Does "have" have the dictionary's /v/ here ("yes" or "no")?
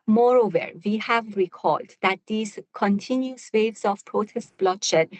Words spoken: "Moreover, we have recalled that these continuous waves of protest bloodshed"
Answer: yes